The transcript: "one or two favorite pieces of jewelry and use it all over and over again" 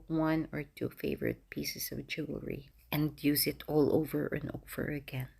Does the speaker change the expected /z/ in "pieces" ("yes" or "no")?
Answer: yes